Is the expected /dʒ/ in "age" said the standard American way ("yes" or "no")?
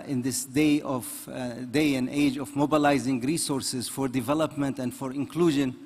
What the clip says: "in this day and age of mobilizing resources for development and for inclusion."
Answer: yes